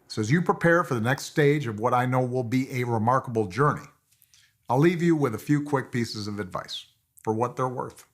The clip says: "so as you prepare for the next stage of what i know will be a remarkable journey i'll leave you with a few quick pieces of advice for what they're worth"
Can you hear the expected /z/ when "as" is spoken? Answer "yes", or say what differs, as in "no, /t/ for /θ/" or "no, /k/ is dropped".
yes